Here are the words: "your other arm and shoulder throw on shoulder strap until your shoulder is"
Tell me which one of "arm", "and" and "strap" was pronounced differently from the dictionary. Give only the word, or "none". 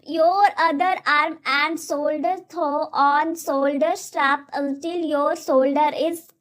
none